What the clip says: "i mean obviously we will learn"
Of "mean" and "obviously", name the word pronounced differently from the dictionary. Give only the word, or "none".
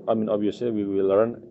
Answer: obviously